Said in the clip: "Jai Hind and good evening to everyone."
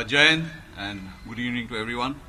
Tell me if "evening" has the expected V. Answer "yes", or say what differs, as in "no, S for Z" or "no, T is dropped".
no, V is dropped